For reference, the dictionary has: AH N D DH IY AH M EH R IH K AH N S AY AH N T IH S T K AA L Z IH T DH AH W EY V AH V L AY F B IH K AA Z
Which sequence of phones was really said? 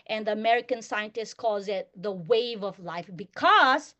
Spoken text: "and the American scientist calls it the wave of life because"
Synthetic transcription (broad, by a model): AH N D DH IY AH M EH R IH K AH N S AY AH N T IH S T K AA L Z IH T DH AH W EY V AH V L AY F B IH K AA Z